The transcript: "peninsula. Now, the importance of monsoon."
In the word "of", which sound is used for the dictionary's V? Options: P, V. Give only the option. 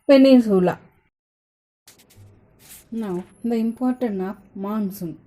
P